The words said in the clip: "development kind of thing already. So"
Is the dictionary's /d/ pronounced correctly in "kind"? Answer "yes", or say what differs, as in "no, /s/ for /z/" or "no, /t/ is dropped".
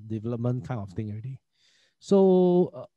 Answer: no, /d/ is dropped